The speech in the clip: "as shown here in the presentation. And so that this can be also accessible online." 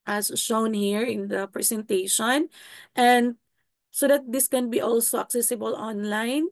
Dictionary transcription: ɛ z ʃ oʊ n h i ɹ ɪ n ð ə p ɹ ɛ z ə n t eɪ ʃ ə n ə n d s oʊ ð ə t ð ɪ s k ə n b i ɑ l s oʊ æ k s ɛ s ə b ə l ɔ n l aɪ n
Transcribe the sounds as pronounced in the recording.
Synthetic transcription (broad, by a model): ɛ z ʃ oʊ n h i ɹ ɪ n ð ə p ɹ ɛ s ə n t eɪ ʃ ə n ə n d s oʊ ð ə t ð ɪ s k ə n b i ɑ l s oʊ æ k s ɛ s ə b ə l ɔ n l aɪ n